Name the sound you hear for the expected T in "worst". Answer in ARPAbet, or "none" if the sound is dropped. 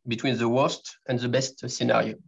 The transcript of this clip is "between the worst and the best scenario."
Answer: T